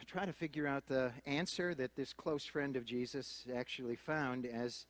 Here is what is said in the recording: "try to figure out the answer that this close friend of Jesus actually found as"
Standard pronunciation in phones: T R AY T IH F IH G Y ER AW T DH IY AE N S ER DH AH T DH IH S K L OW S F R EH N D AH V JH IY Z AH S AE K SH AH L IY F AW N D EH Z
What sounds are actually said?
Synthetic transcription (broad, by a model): T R AY T IH F IH G Y ER AW T DH IY AE N S ER DH AH T DH IH S K L OW S F R EH N D AH V JH IY Z AH S AE K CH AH L IY F AW N D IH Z